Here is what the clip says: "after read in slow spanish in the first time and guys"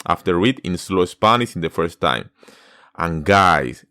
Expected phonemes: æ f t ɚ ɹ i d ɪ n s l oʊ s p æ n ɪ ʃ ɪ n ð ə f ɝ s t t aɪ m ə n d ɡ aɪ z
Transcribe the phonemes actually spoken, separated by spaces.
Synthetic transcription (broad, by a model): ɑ f t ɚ w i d ɪ n s l oʊ s p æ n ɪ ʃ ɪ n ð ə f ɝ s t t aɪ m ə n ɡ aɪ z